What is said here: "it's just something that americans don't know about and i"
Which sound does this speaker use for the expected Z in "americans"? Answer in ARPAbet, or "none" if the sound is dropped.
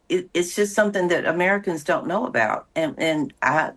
Z